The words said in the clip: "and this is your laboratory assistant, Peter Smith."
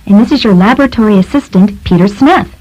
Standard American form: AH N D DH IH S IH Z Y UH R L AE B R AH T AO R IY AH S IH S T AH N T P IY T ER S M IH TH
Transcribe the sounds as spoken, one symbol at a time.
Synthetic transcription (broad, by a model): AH N DH IH S IH Z Y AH R L AE B R AH T AO R IY AH S IH S T AH N T P IY T ER S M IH TH